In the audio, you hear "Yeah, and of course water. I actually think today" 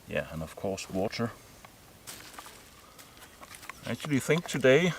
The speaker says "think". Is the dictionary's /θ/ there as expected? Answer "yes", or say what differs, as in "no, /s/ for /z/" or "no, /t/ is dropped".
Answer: yes